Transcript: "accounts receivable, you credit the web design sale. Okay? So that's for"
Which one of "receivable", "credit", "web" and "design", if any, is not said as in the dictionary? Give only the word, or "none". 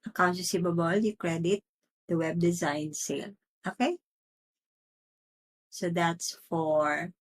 receivable